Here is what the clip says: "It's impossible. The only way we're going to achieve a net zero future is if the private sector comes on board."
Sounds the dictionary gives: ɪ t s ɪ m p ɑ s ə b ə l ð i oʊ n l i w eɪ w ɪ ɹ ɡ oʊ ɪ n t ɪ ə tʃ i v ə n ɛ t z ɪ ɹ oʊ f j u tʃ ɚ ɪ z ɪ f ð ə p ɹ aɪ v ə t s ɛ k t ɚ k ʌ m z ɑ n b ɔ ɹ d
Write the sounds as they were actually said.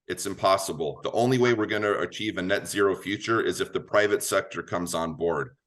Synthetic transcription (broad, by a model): ɪ t s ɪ m p ɑ s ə b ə l ð i oʊ n l i w eɪ w ɪ ɹ ɡ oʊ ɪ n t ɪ ə tʃ i v ə n ɛ t z ɪ ɹ oʊ f j u tʃ ɚ ɪ z ɪ f ð ə p ɹ aɪ v ə t s ɛ k t ɚ k ʌ m z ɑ n b ɔ ɹ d